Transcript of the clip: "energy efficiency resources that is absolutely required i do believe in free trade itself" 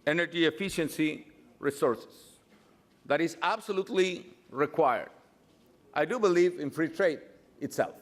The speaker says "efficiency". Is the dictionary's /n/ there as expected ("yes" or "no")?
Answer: yes